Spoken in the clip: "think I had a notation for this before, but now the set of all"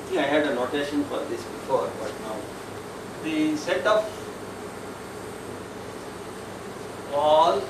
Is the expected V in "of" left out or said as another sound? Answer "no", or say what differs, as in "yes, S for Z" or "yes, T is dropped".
yes, P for V